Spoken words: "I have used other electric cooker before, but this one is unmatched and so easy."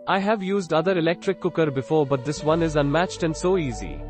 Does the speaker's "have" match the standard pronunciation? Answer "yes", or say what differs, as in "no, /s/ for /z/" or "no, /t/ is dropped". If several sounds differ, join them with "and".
yes